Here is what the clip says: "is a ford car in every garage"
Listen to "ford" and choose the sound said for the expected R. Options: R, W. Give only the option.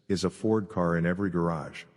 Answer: R